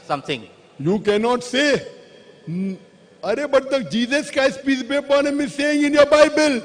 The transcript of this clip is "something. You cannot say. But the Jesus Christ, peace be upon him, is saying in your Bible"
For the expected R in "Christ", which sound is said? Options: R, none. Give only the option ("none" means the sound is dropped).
none